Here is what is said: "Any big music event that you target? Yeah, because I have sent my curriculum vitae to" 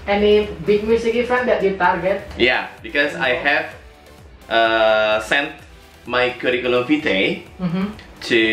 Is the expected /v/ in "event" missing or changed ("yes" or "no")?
yes